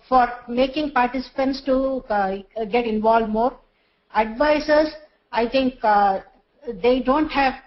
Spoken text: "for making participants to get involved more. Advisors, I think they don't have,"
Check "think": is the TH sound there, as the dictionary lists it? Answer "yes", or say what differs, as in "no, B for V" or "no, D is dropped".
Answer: no, T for TH